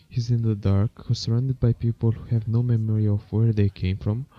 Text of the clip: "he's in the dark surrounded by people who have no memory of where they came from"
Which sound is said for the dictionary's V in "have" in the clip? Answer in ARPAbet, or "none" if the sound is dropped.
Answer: V